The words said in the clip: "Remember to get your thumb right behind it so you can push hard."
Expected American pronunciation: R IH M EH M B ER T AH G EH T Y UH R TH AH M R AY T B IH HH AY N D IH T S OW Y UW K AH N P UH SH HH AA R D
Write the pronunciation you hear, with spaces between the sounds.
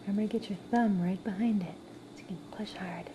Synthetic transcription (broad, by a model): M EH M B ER G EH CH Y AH R TH AH M R AY T B IH HH AY N D IH T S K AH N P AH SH HH AA R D